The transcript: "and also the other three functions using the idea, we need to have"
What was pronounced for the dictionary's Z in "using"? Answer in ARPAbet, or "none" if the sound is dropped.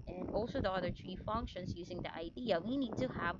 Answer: Z